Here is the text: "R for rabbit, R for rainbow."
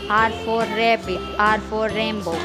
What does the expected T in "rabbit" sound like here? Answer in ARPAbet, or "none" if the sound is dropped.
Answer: none